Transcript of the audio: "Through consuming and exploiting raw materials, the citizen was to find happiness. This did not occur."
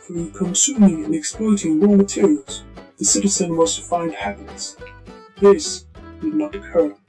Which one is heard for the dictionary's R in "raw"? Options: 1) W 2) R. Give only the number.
1